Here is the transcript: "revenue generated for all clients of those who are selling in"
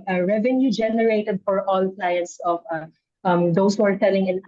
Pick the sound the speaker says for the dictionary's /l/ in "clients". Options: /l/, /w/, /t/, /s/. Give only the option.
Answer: /l/